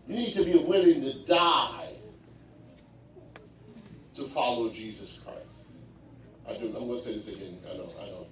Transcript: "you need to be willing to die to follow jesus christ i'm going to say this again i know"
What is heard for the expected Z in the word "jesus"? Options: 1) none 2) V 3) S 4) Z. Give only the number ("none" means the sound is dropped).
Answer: 4